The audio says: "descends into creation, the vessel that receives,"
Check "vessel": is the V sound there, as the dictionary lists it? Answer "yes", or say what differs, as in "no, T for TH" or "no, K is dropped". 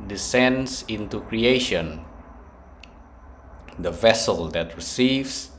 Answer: yes